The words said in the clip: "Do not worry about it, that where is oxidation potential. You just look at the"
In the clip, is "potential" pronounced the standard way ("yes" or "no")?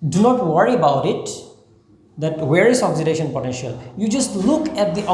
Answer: yes